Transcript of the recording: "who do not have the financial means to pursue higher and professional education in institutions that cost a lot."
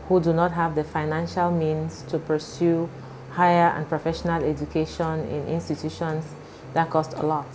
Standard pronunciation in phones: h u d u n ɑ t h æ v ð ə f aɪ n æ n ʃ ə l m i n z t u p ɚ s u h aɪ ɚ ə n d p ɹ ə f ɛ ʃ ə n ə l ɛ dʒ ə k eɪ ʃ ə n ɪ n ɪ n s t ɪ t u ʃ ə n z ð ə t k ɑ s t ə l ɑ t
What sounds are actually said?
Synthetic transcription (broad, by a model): h u d u n ɑ t h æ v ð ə f aɪ n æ n ʃ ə l m i n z t u p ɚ s u h aɪ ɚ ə n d p ɹ ə f ɛ ʃ ə n ə l ɛ dʒ ə k eɪ ʃ ə n ɪ n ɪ n s t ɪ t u ʃ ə n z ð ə t k ɑ s t ə l ɑ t